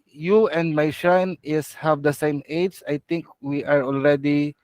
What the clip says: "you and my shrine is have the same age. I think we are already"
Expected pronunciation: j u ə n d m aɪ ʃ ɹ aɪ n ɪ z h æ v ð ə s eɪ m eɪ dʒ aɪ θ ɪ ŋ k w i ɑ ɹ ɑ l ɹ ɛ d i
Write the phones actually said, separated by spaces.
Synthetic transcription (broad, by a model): j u ə n d m aɪ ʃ aɪ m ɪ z h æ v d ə s eɪ m eɪ dʒ aɪ t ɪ ŋ k w i ɑ ɹ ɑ l ɹ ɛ d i